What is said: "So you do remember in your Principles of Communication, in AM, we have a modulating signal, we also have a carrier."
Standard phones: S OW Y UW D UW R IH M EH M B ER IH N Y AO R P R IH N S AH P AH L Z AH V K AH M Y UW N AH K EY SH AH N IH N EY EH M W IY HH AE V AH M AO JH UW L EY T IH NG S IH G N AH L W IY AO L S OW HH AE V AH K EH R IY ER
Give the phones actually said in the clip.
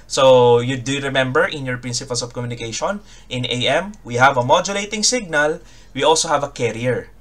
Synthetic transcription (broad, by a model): S OW Y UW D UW R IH M EH M B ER IH N Y AO R P R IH N S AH P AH L S AH V K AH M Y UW N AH K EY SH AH N IH N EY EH M W IY HH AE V AH M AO JH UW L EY T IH NG S IH G N AH L W IY AO L S OW HH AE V AH K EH R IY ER